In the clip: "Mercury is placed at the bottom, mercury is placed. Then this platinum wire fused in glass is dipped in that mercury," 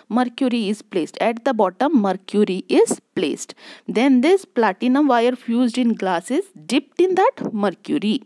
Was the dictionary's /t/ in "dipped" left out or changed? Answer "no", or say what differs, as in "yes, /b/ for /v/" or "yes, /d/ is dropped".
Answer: no